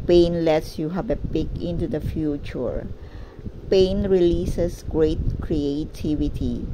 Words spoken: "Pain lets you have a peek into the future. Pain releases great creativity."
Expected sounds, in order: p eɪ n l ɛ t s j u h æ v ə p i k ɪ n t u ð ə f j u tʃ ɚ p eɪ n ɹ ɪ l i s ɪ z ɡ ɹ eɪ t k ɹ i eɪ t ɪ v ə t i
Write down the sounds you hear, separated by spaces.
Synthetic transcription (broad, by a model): p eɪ n l ɛ t s j u h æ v ə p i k ɪ n t u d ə f j u tʃ ɚ p eɪ n ɹ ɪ l i s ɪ s ɡ ɹ eɪ t k ɹ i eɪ t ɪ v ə t i